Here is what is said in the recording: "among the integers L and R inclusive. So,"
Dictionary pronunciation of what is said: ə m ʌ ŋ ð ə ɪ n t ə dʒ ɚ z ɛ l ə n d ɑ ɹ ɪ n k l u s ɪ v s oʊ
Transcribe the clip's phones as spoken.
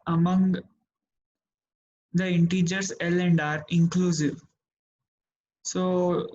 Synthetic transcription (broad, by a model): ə m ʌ ŋ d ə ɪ n t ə dʒ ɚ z ɛ l ə n d ɑ ɹ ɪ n k l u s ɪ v s oʊ